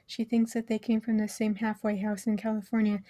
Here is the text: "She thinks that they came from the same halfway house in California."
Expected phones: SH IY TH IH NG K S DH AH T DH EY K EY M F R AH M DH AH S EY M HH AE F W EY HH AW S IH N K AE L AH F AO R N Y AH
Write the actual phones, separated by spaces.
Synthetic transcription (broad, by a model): SH IY TH IH NG K S DH AH T DH EY K EY M F R AH M DH AH S EY M HH AE F W EY HH AW S IH N K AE L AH F AO R N Y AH